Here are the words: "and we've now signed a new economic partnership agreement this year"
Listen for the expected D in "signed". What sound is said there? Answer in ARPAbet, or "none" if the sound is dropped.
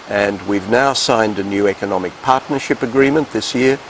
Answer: D